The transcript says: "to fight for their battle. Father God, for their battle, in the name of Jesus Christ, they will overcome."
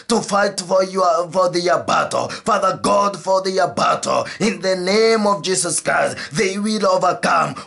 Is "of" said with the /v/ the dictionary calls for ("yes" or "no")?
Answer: yes